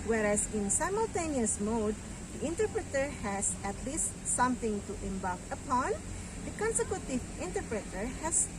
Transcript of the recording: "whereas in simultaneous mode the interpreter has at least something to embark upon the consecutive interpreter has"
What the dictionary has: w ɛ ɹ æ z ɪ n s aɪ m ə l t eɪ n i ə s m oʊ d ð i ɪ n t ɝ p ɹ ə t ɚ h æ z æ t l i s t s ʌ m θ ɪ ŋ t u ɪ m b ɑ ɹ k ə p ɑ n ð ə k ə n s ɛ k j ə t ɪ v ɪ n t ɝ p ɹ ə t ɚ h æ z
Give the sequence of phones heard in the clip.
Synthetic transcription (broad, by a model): w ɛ ɹ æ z ɪ n s aɪ m ə l t eɪ n i ə s m oʊ d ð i ɪ n t ɝ p ɹ ə t ɚ h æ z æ t l i s t s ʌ m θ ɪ ŋ t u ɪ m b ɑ l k ə p ɑ n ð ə k ə n s ɛ k j ə t ɪ v ɪ n t ɝ p ɹ ə t ɚ h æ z